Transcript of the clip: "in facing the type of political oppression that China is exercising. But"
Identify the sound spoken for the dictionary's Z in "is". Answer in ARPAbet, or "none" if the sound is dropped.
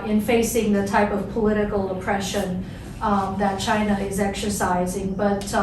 Z